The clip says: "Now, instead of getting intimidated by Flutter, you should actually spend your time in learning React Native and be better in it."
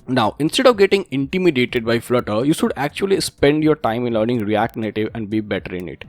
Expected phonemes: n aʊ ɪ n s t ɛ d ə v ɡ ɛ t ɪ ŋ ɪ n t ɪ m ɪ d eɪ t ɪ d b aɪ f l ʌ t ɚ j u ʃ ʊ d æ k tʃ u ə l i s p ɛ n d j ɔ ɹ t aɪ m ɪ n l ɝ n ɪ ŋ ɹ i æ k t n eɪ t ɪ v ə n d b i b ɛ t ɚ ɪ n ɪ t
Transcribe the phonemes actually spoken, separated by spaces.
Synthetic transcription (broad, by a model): n aʊ ɪ n s t ɛ d ə v ɡ ɛ t ɪ ŋ ɪ n t ɪ m ɪ d eɪ t ɪ d b aɪ f l ʌ t ɚ j u ʃ ʊ d æ k tʃ u ə l i s p ɛ n d j ɔ ɹ t aɪ m ɪ n l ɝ n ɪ ŋ ɹ i æ k t n eɪ t ɪ v ə n d b i b ɛ t ɚ ɪ n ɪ t